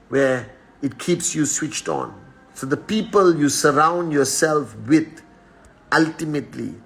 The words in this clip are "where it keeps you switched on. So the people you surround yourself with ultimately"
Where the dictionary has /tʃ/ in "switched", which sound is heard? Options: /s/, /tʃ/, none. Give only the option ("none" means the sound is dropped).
/tʃ/